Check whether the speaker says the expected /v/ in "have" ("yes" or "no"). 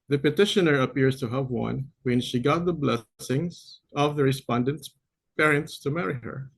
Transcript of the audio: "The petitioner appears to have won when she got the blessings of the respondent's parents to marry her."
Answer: yes